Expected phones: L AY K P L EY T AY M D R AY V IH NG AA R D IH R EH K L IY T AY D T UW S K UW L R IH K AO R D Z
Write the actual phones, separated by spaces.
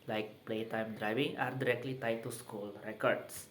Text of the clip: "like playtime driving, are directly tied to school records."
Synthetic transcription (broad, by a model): L AY K P L EY T AY M D R AY V IH NG AA R D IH R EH K L IY T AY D T UW S K UW L R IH K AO R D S